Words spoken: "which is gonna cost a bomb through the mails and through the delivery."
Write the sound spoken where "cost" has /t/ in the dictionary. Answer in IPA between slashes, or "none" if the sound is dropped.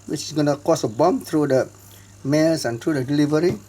none